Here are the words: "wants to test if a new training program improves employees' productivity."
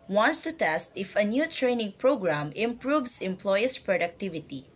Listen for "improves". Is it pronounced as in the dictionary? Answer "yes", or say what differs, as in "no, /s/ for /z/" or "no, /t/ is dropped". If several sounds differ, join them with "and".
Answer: no, /s/ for /z/